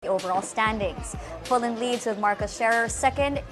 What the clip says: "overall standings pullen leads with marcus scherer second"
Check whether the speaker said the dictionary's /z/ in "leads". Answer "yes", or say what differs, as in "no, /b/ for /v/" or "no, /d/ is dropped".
yes